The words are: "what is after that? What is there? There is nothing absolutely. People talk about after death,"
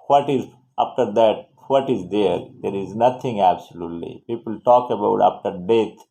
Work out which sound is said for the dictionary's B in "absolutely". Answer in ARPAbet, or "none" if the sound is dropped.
B